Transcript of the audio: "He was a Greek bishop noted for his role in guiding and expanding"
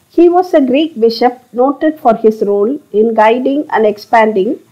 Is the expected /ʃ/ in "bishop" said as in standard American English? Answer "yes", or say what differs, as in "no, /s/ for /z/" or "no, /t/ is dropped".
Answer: yes